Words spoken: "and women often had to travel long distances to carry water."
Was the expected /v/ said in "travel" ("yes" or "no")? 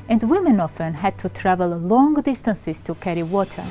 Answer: yes